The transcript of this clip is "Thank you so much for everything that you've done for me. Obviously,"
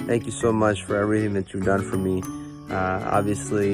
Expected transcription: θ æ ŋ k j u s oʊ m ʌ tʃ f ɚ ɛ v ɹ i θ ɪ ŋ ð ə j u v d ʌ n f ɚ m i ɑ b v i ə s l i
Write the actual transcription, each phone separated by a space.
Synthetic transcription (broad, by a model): θ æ ŋ k j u s oʊ m ʌ tʃ f ɚ ɛ v ɹ i θ ɪ ŋ ð ə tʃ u v d ʌ n f ɚ m i ɑ b v i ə s l i